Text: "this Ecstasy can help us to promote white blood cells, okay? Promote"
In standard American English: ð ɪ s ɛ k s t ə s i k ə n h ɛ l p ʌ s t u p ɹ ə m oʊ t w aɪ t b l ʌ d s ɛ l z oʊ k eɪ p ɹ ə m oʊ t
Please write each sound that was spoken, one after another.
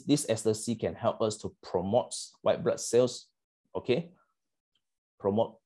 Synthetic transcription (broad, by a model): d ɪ s ɛ s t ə s i k ə n h ɛ l p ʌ s t u p ɹ ə m oʊ t w aɪ t b l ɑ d s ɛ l s oʊ k eɪ p ɹ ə m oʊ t